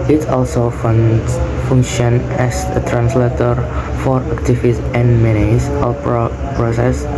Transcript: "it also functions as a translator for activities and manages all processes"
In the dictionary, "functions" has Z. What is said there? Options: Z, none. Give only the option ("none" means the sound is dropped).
none